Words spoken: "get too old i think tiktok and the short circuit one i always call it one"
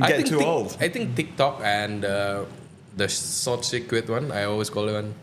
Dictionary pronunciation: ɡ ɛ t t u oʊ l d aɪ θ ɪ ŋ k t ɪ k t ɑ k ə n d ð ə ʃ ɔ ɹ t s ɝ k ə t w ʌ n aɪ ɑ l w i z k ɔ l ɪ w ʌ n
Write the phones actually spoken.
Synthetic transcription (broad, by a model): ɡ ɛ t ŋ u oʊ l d aɪ t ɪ ŋ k t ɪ k t ɑ k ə n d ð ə s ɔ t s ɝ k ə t w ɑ n aɪ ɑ l w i s k ɔ l ɪ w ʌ n